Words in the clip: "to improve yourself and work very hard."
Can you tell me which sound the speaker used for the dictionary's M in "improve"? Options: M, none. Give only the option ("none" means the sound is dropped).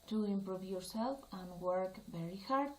M